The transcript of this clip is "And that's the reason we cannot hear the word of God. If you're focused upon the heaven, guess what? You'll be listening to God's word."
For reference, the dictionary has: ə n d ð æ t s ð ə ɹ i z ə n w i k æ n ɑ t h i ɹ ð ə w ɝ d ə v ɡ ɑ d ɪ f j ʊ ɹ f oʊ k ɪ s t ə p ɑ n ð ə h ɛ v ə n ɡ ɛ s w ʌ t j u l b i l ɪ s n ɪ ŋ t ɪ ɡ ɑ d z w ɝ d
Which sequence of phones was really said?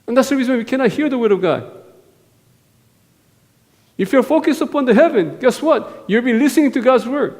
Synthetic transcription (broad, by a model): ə n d ð æ t s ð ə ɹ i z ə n w i k æ n ɑ t h i ɹ ð ə w ɝ d ə v ɡ ɑ d ɪ f j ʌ ɹ f oʊ k ɪ s t ə p ɑ n ð ə h ɛ v ə n ɡ ɛ s w ʌ t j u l b i l ɪ s n ɪ ŋ t ɪ ɡ ɑ d z w ɝ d